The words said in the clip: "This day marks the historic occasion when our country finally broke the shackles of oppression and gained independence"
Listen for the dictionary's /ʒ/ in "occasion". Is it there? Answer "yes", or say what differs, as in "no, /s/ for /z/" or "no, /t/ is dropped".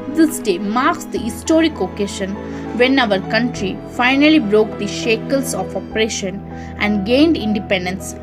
no, /ʃ/ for /ʒ/